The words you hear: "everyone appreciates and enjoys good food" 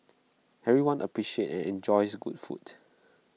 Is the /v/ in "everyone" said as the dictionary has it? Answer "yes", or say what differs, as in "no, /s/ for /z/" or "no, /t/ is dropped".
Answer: no, /v/ is dropped